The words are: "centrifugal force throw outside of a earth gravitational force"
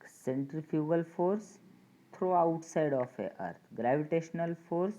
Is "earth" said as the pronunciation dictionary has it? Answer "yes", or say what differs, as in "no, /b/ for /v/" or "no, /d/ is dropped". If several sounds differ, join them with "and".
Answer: no, /t/ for /θ/